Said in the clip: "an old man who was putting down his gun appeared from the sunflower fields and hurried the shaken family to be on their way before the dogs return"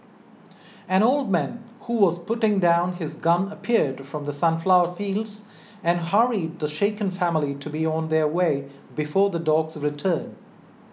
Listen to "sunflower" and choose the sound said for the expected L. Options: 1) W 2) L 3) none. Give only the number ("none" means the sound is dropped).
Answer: 2